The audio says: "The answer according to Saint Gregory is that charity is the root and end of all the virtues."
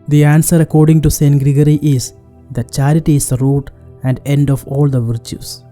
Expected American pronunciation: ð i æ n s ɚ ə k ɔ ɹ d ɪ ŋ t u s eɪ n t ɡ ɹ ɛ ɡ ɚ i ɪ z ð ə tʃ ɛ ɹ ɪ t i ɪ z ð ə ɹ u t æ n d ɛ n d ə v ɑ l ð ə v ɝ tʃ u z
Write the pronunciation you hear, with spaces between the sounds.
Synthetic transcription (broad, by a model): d i æ n s ɚ ə k ɔ ɹ d ɪ ŋ t u s eɪ n t ɡ ɹ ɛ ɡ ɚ i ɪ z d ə tʃ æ ɹ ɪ t i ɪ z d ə ɹ u t æ n d ɛ n d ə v ɑ l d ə v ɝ tʃ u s